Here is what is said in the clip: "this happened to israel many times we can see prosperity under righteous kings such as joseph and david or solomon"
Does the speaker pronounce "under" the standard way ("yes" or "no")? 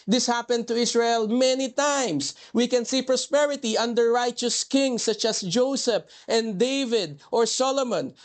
yes